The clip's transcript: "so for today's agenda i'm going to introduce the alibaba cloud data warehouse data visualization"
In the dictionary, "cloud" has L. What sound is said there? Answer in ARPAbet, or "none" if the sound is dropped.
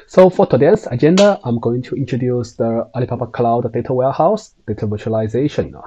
L